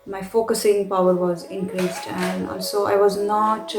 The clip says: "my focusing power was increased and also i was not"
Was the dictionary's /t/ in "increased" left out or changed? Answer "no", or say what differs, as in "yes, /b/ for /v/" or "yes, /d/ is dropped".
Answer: no